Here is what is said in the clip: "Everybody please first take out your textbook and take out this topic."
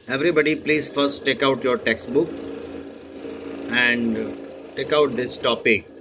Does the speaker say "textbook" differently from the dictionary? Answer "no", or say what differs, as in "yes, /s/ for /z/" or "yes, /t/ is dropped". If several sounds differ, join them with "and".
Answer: no